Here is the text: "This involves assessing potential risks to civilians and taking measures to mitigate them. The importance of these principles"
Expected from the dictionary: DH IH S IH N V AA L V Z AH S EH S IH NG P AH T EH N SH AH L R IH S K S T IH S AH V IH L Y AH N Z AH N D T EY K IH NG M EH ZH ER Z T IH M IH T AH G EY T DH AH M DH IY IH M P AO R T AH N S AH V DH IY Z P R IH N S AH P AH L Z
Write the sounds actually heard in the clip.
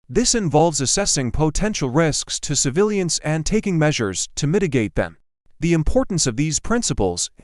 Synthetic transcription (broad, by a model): DH IH S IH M V AA L V Z AH S EH S IH NG P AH T EH N SH L R IH S K S T IH S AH V IH L Y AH N S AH N T EY K IH NG M EH ZH ER Z T IH M IH T AH G EY T DH AH M DH IY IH M P AO R T N S AH V DH IY Z P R IH N S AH P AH L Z